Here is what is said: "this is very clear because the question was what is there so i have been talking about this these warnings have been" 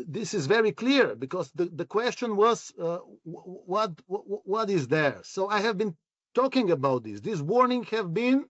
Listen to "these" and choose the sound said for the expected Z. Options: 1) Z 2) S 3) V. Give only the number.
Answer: 2